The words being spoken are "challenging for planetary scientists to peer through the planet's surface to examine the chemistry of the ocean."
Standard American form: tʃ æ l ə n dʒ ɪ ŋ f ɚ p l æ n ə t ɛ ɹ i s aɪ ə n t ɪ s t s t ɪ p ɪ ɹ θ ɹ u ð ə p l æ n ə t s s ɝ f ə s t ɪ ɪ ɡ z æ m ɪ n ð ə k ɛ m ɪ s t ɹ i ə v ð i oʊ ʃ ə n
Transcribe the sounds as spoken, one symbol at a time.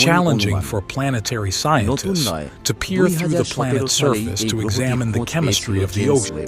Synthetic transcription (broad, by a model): tʃ æ l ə n dʒ ɪ ŋ f ɚ p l æ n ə t ɛ ɹ i s aɪ ə n t ɪ s t s t ɪ p ɪ ɹ θ ɹ u ð ə p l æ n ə t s s ɝ f ə s t ɪ ɪ ɡ z æ m ɪ n ð ə k ɛ m ɪ s t ɹ i ə v ð i oʊ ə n